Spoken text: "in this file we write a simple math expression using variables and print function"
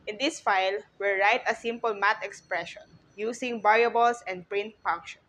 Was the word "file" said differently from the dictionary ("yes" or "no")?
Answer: no